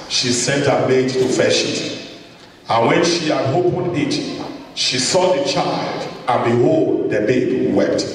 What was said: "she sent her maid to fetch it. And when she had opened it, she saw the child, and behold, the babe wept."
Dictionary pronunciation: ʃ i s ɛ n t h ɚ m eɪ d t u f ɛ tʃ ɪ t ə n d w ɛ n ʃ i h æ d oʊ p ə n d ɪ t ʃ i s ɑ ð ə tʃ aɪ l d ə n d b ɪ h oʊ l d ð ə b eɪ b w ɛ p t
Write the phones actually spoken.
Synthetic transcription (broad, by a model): ʃ i s ɛ n t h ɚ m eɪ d t u f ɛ ʃ ɪ t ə n w ɛ n ʃ i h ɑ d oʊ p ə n ɪ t ʃ i s ɑ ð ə tʃ aɪ l d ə n b ɪ h oʊ l d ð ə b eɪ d w ɛ p t